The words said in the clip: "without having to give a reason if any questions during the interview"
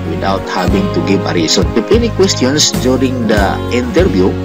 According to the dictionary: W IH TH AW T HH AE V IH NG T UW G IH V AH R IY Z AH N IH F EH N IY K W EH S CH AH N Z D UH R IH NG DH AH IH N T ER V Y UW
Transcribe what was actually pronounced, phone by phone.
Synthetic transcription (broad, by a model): W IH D AW T HH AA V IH NG T UW G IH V AH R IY S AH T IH P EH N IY K W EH S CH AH N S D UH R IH NG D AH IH N T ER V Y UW